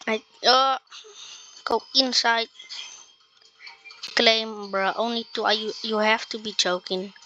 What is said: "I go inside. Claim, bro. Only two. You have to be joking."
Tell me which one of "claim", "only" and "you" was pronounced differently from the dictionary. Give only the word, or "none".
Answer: none